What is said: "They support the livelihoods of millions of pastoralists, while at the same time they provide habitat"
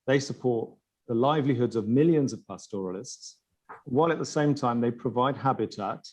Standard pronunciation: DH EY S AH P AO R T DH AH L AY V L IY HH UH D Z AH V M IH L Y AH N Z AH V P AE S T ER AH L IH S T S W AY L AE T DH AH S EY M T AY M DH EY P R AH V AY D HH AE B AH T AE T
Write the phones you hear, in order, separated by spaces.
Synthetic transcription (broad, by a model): DH EY S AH P AO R T DH AH L AY V L IY HH UH D Z AH V M IH L Y AH N Z AH V P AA S T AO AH L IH S T S W AY L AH T DH AH S EY M T AY M DH EY P R AH V AY D HH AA B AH T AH T